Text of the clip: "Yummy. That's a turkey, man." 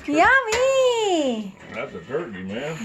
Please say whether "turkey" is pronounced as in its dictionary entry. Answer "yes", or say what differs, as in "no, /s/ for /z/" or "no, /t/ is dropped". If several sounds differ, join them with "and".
no, /k/ is dropped